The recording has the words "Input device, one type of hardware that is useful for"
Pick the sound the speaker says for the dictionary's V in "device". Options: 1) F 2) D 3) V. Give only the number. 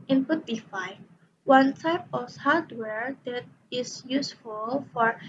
1